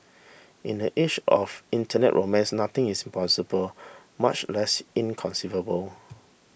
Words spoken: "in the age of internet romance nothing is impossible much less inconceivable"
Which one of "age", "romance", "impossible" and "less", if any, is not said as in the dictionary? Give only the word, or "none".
age